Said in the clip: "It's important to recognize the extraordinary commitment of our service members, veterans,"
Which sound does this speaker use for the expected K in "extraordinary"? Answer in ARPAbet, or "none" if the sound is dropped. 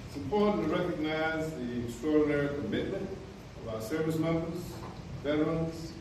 none